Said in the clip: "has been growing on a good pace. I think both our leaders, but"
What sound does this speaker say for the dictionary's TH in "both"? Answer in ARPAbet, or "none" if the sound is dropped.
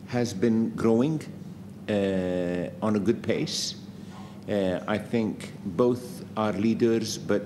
TH